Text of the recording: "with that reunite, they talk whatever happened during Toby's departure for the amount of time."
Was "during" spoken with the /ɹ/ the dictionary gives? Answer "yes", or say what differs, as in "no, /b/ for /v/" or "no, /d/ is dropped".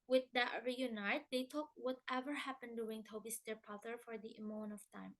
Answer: no, /w/ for /ɹ/